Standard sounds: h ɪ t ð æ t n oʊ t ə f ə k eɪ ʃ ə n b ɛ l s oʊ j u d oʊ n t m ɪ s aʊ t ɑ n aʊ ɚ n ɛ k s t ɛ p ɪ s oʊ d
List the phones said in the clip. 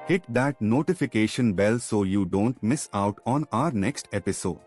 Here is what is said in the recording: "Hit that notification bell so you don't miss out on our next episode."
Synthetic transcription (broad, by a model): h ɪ t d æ t n oʊ t ə f ə k eɪ ʃ ə n b ɛ l s oʊ j u d oʊ n t m ɪ s aʊ t ɑ n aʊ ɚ n ɛ k s t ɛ p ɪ s oʊ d